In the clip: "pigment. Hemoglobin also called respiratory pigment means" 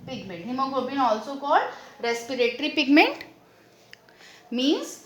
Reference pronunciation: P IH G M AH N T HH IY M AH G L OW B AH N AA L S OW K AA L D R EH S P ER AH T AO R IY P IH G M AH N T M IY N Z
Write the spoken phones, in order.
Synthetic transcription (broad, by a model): P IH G M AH N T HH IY M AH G OW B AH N AA L S OW K AA L D R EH S P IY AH T R IY P IH G M AH N T M IY N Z